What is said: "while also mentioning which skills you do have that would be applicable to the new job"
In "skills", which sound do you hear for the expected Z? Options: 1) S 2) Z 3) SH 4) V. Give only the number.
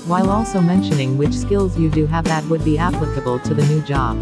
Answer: 2